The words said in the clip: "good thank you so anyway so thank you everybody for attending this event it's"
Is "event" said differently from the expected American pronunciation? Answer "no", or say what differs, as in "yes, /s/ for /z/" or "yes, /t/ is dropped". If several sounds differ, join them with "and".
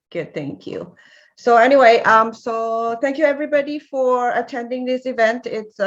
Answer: no